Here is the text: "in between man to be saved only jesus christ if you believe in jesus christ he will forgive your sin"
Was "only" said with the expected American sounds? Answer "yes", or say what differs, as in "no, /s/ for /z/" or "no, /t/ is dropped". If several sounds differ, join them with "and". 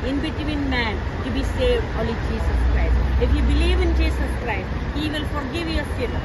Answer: no, /n/ is dropped